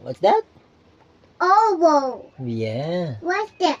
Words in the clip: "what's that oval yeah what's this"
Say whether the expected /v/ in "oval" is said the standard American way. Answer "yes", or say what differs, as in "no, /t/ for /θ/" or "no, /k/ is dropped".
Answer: no, /w/ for /v/